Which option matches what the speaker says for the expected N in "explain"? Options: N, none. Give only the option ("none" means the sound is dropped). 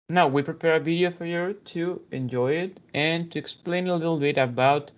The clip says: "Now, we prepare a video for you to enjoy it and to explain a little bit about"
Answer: N